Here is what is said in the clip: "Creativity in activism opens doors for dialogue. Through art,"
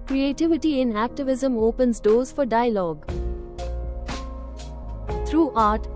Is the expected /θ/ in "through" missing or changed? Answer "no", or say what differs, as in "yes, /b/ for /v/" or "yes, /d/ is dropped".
yes, /t/ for /θ/